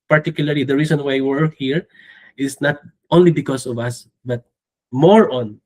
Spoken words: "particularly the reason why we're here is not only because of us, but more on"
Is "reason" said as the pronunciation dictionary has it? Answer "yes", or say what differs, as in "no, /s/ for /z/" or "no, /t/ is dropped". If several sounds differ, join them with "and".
no, /s/ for /z/